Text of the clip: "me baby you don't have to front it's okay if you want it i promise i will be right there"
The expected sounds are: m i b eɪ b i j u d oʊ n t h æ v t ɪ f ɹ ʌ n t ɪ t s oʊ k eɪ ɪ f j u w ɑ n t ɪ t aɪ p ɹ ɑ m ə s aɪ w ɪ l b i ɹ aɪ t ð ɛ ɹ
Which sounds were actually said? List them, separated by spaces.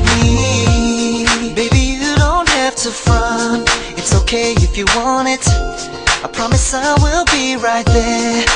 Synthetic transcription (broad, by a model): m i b eɪ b i j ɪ d oʊ n t h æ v t ɪ f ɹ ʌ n ɪ t s oʊ k eɪ ɪ f j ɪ w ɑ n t ɪ t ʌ p ɹ ɑ m ə s aɪ w ɪ l b i ɹ aɪ t ð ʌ ɹ